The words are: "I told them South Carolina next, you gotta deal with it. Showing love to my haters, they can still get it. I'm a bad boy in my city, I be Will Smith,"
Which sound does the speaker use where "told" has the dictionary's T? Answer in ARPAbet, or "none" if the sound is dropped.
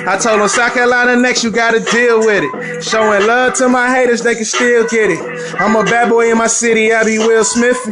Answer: T